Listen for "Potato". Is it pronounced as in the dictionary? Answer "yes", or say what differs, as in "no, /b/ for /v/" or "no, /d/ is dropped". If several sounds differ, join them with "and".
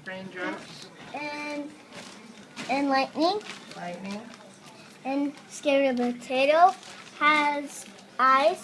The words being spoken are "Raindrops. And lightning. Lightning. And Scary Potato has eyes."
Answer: no, /b/ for /p/